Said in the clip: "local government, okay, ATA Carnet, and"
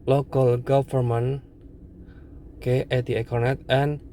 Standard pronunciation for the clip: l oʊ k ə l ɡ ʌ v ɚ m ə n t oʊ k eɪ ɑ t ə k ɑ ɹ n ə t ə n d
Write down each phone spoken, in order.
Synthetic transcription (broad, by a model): l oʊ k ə l ɡ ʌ f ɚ m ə n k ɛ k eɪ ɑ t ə k ɑ ɹ n ə t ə n